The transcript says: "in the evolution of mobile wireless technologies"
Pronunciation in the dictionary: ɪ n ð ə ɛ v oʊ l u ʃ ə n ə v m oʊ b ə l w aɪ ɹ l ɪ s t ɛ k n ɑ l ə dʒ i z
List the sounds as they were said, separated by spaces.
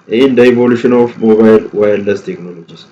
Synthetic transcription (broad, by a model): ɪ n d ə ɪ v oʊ l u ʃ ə n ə f m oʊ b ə l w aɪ l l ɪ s t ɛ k n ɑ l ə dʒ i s